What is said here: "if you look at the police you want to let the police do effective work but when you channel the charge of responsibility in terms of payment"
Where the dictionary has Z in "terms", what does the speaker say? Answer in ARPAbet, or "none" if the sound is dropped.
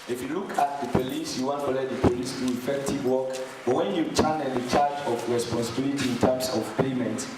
S